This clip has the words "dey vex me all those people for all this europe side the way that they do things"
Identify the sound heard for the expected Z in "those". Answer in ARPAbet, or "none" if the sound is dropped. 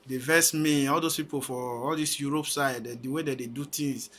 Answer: S